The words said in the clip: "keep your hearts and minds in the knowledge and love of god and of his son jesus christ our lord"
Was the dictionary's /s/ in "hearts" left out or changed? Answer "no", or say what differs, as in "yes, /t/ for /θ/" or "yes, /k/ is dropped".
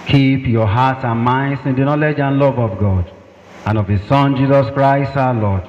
yes, /s/ is dropped